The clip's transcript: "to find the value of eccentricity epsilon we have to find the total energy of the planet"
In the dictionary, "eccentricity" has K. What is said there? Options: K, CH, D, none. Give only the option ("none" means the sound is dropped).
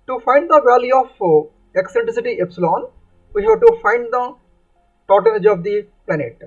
K